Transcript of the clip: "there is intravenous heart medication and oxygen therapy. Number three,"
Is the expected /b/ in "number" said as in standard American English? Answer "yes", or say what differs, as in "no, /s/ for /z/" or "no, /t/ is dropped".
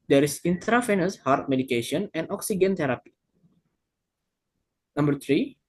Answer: yes